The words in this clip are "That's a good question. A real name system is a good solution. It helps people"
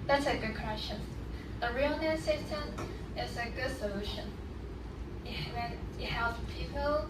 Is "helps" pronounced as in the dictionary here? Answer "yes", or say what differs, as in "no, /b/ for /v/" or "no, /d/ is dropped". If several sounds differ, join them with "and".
no, /s/ is dropped